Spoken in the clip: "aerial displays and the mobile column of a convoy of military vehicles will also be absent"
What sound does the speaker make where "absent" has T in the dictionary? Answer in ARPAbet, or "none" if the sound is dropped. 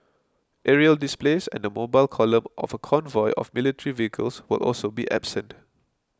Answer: T